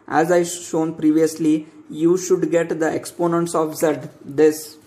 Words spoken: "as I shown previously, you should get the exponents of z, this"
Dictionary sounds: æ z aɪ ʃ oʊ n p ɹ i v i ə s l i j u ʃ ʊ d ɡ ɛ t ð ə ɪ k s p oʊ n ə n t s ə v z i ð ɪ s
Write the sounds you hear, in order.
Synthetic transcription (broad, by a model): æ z aɪ ʃ oʊ n p ɹ i v i ə s l i j u ʃ ʊ d ɡ ɛ t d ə ɪ k s p oʊ n ə n t s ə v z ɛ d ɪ s